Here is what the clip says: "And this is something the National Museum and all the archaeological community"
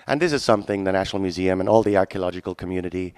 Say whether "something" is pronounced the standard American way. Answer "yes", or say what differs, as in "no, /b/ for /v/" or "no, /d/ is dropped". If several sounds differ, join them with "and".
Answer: yes